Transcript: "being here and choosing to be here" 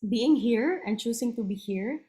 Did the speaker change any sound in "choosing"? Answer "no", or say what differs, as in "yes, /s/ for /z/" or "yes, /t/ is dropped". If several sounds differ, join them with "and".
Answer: yes, /s/ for /z/